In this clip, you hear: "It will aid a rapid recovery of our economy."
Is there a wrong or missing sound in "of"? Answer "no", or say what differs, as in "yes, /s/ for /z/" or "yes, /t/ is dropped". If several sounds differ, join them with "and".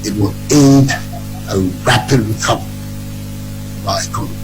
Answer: yes, /b/ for /v/